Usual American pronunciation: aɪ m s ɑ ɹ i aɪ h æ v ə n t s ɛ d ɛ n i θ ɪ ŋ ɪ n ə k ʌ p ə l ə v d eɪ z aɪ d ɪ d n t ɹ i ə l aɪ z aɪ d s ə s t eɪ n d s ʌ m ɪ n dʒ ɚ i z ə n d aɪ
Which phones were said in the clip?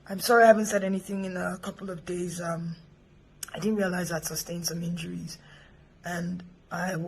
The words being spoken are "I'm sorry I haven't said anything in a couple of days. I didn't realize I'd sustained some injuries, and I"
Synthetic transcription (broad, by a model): aɪ m s ɑ ɹ i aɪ h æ v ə n t s ɛ d ɛ n i θ ɪ ŋ ɪ n ə k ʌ p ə l ə v d eɪ z aɪ d ɪ d n t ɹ i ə l aɪ z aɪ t s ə s t eɪ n s ʌ m ɪ n dʒ ɚ i z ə n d aɪ